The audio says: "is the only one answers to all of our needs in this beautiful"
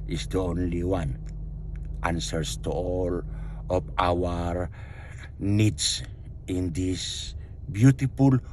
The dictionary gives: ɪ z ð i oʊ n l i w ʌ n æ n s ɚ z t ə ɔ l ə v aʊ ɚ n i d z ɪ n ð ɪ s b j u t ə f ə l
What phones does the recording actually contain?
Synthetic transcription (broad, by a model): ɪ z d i oʊ n l i w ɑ n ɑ n s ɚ s t ɔ l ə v aʊ ɚ n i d s ɪ n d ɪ s b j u t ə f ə l